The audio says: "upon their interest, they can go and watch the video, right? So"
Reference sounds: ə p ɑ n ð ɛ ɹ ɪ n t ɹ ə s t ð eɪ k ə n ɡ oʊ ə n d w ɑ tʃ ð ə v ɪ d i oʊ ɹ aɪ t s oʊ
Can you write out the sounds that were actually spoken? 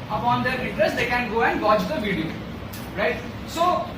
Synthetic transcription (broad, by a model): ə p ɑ n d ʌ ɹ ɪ t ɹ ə s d eɪ k ə n ɡ oʊ ə n d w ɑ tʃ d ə v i d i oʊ ɹ aɪ t s oʊ